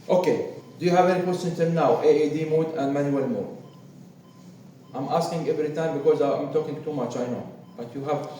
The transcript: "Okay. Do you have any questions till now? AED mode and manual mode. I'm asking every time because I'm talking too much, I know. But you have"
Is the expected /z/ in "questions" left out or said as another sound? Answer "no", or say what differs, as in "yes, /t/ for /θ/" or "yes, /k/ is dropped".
yes, /z/ is dropped